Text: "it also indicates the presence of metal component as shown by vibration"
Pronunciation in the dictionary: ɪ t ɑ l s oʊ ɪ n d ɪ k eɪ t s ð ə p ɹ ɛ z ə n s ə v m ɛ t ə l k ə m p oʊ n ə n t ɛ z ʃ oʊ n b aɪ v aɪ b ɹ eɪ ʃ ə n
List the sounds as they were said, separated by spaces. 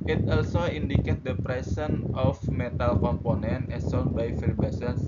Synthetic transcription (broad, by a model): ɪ t ɑ l s oʊ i n d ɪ k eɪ t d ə p ɹ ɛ s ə n ə f m ɛ t ə l k ə m p oʊ n ə n t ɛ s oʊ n b aɪ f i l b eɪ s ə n